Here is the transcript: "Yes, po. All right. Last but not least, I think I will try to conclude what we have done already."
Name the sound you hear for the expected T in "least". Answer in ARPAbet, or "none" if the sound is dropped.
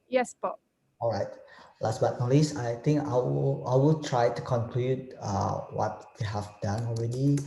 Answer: none